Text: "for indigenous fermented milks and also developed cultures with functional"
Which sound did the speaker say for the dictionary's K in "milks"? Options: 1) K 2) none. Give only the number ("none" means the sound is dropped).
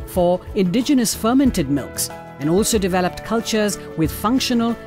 1